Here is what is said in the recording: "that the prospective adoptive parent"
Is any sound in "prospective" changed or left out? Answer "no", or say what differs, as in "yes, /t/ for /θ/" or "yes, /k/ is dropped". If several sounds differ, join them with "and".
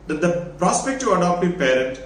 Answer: yes, /v/ is dropped